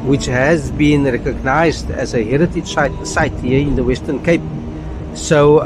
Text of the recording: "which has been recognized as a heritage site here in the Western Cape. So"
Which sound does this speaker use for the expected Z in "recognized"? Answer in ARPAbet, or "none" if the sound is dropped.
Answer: Z